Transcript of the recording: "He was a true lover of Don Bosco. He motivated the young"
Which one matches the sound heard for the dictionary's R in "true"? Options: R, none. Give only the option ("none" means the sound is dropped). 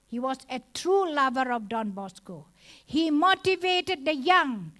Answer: R